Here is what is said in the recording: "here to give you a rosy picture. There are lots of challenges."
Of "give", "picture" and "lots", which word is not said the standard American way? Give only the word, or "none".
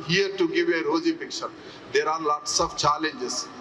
picture